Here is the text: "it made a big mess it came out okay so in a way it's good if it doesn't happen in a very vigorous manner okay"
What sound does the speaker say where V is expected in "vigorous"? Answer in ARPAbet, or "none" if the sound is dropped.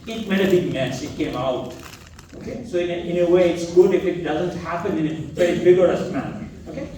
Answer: B